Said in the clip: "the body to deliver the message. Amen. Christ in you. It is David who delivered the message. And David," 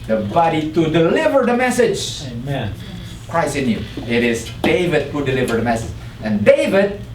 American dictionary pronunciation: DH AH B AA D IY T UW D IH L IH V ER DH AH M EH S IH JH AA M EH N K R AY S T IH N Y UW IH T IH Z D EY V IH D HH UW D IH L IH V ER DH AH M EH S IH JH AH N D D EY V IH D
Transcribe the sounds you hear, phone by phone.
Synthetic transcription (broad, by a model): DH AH B AA D IY T UW D IH L IH V ER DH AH M EH S IH JH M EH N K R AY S IH N Y UW IH T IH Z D EY V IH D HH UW D IH L IH V ER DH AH M EH S IH JH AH N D D EY V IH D